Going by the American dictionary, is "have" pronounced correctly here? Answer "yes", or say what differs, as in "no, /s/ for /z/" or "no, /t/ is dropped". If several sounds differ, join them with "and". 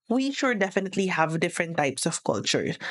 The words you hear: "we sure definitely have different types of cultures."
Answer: yes